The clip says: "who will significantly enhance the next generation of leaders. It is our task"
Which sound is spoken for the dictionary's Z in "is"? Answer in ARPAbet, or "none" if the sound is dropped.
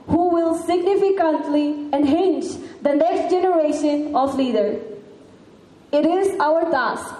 Z